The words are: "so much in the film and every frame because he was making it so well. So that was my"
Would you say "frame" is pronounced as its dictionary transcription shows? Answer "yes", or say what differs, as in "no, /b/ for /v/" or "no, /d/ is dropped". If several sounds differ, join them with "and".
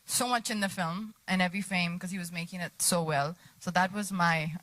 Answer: no, /ɹ/ is dropped